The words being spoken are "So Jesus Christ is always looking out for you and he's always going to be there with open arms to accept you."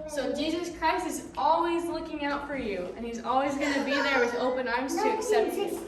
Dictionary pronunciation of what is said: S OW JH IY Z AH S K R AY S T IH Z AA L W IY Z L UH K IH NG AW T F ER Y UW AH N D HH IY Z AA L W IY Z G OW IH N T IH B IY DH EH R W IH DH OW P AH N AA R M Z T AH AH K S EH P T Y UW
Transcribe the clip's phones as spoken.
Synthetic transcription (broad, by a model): S OW JH IY Z AH S K R AY S T IH Z AA L W IY Z L UH K IH NG AW T F ER Y UW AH N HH IY Z AA L W IY Z G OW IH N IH B IY DH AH R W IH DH OW P AH N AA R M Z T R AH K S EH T